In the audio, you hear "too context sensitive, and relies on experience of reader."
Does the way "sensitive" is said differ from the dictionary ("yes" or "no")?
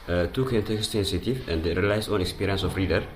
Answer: yes